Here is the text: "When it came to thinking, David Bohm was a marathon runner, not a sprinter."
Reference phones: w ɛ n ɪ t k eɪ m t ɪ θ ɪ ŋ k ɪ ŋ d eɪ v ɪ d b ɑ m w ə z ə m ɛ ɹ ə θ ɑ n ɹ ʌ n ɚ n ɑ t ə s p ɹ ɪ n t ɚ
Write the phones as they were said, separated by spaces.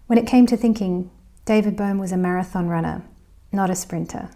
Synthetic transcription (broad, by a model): w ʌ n ɪ t k eɪ m t ɪ θ ɪ ŋ k ɪ ŋ d eɪ v ɪ d b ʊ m w ə z ə m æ ɹ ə θ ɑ n ɹ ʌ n ɚ n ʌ t ə s p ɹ ɪ n t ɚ